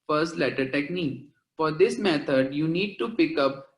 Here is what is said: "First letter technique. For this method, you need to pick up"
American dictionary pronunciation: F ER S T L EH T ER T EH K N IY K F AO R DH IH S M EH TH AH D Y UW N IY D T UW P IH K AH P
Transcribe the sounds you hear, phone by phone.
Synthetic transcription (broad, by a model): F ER S T L EH T ER T EH K N IY K F AO R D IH S M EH T AH D Y UW N IY D T UW P IH K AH P